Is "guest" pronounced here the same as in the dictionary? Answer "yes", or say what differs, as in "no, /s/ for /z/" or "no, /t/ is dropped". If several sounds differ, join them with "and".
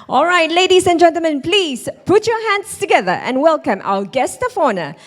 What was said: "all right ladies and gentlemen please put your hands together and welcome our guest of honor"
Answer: yes